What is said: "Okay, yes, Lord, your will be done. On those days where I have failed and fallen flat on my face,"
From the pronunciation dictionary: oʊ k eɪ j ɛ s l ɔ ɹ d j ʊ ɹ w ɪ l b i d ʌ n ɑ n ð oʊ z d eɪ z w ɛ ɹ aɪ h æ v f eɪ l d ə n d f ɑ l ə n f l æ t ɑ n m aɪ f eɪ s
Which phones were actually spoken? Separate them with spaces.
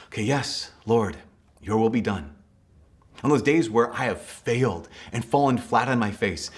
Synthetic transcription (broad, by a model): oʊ k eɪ j ɛ s l ɔ ɹ d j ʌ ɹ w ɪ l b i d ʌ n n ð oʊ z d eɪ z w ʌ ɹ aɪ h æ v f eɪ l d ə n f ɑ l ə n f l æ t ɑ n m aɪ f eɪ s